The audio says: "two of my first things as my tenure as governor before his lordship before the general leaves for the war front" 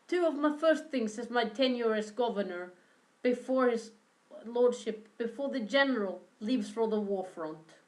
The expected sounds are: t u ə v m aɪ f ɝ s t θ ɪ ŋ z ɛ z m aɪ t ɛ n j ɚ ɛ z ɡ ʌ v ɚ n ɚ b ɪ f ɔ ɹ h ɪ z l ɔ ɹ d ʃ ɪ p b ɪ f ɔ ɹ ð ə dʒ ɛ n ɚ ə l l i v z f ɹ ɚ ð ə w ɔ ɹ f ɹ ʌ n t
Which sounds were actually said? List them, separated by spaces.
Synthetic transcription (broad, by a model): t u ə v m aɪ f ɝ s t θ ɪ ŋ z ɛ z m aɪ t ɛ n j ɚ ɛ s ɡ ʌ v ɚ n ɚ b ɪ f ɔ ɹ h ɪ z l ɔ ɹ d ʃ ɪ p b ɪ f ɔ ɹ ð ə dʒ ɛ n ɚ ə l l i v z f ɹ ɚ ð ə w ɔ ɹ f ɹ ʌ n t